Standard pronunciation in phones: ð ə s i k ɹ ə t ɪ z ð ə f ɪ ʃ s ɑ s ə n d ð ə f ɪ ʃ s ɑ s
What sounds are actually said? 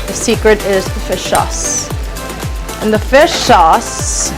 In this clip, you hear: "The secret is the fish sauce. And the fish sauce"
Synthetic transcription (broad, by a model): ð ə s i k ɹ ə t ɪ z ð ə f ɪ ʃ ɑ s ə n ð ə f ɪ ʃ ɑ s